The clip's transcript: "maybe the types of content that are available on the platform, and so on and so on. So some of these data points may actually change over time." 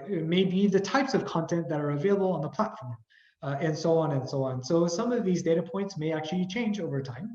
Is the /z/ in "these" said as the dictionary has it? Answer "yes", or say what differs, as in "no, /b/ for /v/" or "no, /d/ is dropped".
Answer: yes